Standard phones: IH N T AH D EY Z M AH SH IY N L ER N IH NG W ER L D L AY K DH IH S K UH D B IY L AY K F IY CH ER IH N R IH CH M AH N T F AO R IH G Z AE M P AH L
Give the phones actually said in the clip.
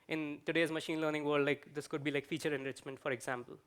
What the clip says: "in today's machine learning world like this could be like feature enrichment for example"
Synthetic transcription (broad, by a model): IH N T AH D EY Z M AH SH IY N L ER N IH NG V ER D L AY K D IH S K UH D B IY L AY K F IY CH ER IH N R IH CH M AH N T F AO R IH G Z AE M P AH L